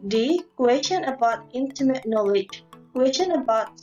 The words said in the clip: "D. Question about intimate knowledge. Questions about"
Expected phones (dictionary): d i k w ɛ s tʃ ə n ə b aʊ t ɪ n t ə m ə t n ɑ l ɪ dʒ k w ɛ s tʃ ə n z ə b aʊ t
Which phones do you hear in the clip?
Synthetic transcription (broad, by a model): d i k w ɛ s tʃ ə n ə b aʊ t ɪ n t ə m ə t n ɑ l ɪ dʒ k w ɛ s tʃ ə n ə b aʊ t